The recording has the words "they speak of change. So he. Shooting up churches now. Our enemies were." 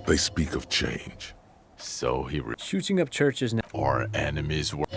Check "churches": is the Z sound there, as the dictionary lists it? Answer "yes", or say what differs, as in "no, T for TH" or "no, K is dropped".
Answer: yes